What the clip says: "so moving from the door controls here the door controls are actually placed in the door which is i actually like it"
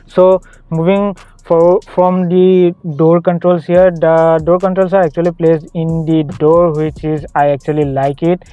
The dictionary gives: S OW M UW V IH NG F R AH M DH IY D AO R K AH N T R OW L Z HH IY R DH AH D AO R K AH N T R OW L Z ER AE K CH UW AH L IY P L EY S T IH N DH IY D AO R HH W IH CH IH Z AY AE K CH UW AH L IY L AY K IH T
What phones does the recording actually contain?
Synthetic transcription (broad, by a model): S OW M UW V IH NG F R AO M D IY D AO R K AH N T R OW L S HH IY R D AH D AO R K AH N T R OW L S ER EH K CH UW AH L IY P L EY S IH N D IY D AO R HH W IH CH IH Z AY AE K CH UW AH L IY L AY K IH T